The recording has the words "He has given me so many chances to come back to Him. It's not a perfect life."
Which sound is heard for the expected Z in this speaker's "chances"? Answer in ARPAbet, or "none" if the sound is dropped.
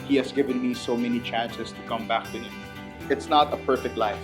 S